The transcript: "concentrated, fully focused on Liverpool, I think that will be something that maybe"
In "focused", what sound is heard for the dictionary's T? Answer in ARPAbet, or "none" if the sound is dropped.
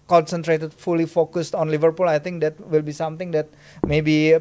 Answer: T